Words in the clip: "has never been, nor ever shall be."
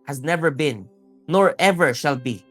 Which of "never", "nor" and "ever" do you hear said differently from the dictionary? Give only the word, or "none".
none